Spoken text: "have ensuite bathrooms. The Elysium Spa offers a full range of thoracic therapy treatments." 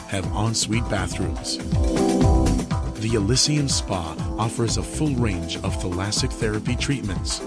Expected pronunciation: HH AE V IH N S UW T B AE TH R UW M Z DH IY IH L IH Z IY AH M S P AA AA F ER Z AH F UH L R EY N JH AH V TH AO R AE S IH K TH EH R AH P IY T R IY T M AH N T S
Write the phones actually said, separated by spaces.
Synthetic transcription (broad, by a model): HH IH V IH N S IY T B AE TH R UW M Z DH IY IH L IH S IY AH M S P AA AA F ER Z AH F UH L R EY N JH AH V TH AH L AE S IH K TH EH R AH P IY T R IY T M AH N T S